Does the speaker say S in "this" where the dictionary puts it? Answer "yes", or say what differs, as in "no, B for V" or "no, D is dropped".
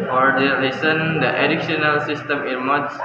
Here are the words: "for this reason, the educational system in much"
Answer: no, S is dropped